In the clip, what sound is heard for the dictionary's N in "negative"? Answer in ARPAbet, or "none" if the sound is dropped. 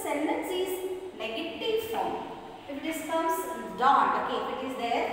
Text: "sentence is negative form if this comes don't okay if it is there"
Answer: L